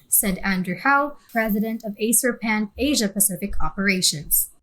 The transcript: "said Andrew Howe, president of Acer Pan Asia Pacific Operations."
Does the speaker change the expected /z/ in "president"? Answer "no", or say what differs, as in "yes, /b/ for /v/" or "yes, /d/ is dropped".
no